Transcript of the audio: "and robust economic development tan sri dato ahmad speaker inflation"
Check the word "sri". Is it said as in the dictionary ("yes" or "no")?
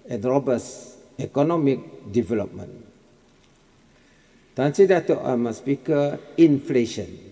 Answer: no